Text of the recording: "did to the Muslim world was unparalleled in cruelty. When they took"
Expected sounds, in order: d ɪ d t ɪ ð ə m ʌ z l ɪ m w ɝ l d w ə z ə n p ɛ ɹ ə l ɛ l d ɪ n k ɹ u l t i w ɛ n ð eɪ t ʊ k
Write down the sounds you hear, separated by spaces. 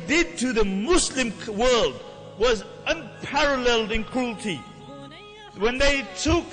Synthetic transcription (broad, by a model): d ɪ d t ɪ ð ə m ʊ s l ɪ m w ɝ l d w ə z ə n p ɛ ɹ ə l ɛ l d ɪ n k ɹ u l t i w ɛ n ð eɪ t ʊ k